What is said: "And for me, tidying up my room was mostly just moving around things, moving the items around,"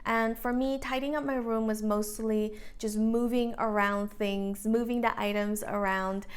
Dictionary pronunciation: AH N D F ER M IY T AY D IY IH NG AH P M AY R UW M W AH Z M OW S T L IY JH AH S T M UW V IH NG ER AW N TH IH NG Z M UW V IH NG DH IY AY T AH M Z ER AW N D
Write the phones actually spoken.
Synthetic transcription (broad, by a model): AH N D F ER M IY T AY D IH NG AH P M AY R UW M W AH Z M OW S T L IY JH AH S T M UW V IH NG ER AW N TH IH NG Z M UW V IH NG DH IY AY T AH M Z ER AW N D